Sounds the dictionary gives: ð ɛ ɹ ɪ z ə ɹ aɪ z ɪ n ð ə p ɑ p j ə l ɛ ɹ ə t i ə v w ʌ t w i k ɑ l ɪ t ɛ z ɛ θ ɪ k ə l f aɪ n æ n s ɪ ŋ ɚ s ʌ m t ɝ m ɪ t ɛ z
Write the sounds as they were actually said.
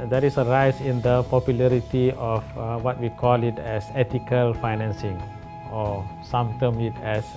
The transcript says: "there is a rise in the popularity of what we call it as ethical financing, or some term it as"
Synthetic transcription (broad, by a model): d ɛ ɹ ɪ s ə ɹ aɪ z ɪ n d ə p ɑ p j ə l ɛ ɹ ə t i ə f w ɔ t w i k ɑ l ɪ t ɛ s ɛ t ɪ k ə l f aɪ n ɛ n s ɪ ŋ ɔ s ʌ m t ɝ m ɪ t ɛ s